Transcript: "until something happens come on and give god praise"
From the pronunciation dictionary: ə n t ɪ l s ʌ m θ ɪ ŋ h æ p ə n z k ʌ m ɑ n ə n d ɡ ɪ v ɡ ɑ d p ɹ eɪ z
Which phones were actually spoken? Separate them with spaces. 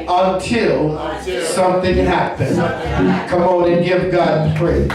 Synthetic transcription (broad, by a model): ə n t ɪ l s ʌ m θ ɪ ŋ h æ p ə n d k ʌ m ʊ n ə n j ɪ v ɡ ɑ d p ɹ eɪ